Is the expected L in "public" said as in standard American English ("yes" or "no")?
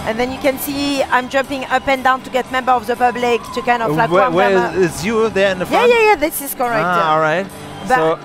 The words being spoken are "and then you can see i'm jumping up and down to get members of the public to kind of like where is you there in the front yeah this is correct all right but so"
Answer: yes